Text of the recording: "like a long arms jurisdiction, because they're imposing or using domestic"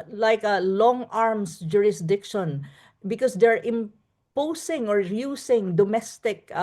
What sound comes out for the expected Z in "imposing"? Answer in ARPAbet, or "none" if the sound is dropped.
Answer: S